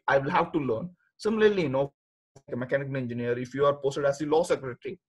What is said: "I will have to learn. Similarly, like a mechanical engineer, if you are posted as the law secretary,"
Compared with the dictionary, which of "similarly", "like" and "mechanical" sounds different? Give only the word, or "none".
like